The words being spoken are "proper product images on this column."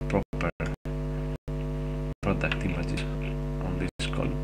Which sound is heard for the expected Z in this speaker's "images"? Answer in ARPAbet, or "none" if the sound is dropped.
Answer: S